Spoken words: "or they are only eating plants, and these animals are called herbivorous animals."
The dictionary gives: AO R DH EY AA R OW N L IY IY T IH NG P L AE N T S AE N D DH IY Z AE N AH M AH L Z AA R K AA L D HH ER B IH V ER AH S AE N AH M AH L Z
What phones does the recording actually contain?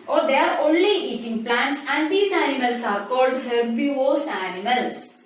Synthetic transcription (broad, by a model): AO R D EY AA R OW N L IY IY T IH NG P L AE N T S AE N D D IY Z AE N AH M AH L S AA R K AA L D HH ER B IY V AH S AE N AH M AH L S